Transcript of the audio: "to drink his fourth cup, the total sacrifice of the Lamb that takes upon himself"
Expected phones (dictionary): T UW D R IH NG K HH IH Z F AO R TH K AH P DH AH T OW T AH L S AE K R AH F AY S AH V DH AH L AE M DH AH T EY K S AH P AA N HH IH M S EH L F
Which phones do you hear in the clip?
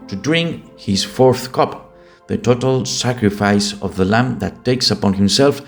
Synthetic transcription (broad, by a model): T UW D R IH NG K HH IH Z F AO R TH K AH P DH AH T OW T AH L S AE K R AH F AY S AH V DH AH L AE M DH AH T EY K S AH P AA N HH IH M S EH L F